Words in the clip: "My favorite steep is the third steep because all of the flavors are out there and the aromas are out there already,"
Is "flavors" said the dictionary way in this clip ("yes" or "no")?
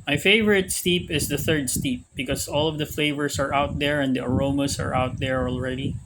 no